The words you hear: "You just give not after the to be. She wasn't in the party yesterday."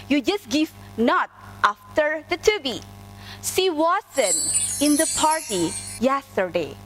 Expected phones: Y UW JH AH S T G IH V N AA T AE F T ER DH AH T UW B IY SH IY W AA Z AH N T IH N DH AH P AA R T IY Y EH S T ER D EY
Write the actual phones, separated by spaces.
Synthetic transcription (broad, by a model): Y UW JH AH S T G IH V N AA T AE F T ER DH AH T UW B IY S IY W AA S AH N IH N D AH P AA R T IY Y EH S T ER D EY